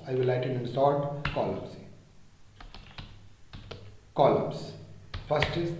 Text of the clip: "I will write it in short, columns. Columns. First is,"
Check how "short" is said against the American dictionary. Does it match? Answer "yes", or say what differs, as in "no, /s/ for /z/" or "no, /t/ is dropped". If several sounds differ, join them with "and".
no, /s/ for /ʃ/